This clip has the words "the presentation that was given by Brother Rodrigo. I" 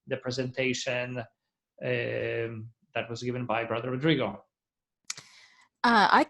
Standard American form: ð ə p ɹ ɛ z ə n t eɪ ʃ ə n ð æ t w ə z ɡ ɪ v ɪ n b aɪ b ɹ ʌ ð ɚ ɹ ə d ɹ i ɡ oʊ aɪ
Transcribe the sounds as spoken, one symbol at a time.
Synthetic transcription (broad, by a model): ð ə p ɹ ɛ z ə n t eɪ ʃ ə n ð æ t w ə z ɡ ɪ v ɪ n b aɪ b ɹ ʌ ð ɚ ɹ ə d ɹ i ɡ oʊ aɪ